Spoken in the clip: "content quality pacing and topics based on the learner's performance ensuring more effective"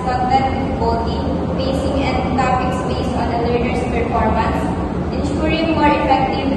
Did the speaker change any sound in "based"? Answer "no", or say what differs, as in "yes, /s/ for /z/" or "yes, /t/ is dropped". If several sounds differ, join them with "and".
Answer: yes, /t/ is dropped